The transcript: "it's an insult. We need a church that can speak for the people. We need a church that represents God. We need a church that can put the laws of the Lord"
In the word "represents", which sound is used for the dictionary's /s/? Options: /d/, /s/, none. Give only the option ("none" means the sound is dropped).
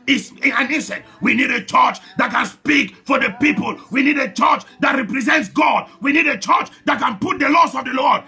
/s/